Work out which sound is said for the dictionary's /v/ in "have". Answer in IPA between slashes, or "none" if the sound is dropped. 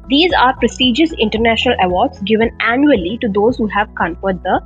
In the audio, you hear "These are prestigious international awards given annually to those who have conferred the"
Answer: /v/